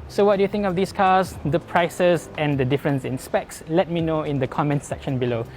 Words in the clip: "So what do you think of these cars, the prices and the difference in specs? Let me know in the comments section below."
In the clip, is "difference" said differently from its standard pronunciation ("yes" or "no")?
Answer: no